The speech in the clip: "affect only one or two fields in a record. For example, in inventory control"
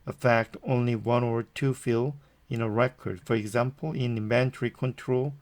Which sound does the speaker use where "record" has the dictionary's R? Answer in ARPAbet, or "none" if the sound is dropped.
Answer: R